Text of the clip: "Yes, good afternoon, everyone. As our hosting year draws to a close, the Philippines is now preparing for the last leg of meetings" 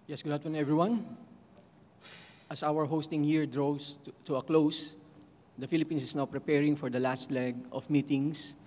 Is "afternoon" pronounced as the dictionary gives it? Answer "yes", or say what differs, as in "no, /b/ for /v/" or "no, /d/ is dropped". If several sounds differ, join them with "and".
no, /f/ is dropped